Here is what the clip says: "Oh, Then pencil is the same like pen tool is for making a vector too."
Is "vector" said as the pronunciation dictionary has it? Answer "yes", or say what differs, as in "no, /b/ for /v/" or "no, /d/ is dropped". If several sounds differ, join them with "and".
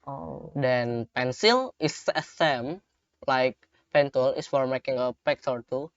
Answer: no, /p/ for /v/